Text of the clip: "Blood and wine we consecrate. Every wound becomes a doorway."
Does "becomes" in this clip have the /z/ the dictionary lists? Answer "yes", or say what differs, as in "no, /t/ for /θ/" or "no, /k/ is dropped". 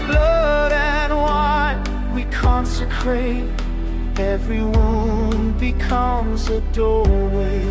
yes